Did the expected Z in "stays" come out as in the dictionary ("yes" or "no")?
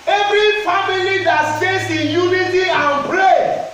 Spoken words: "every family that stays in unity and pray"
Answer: no